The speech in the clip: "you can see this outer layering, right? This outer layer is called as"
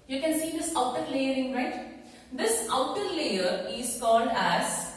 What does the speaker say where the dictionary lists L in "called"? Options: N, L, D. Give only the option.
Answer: N